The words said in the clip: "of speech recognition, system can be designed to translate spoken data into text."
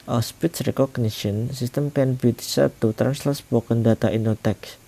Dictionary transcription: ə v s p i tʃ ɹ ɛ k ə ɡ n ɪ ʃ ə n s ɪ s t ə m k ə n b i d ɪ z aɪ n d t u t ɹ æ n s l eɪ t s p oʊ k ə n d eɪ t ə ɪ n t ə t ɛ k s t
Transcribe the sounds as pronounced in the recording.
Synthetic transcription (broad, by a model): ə s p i s ɹ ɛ k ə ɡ n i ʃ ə n s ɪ s t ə m k ə n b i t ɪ s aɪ t u t ɹ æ n s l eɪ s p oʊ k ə n d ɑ t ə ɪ n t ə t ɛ k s